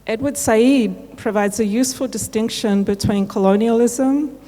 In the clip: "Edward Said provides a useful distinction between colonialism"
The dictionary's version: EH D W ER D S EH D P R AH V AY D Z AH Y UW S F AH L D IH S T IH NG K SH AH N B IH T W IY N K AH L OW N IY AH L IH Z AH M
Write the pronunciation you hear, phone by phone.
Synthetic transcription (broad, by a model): EH D W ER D S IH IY P R AH V AY D Z AH Y UW S F AH L D IH S T IH NG K SH AH N B IH T W IY N K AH L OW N IY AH L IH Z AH M